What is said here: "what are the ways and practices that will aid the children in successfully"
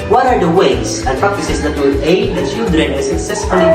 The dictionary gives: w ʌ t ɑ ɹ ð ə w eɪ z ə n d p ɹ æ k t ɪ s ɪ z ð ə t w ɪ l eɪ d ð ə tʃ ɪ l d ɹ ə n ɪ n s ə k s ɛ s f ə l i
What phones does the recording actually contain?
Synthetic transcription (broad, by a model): w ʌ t ɑ ɹ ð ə w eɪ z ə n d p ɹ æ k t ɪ s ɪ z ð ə t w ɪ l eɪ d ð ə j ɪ d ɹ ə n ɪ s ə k s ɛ s f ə l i